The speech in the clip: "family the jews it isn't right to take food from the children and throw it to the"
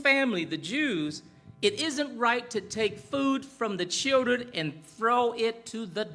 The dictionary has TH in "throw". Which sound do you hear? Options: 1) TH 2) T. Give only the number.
1